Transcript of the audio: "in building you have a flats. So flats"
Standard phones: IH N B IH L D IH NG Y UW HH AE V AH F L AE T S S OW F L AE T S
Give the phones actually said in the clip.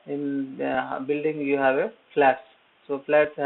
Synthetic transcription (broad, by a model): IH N B IH L D IH NG Y UW HH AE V AH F L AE T S S OW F L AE T S